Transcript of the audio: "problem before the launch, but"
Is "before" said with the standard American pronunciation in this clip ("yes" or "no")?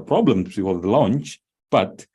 no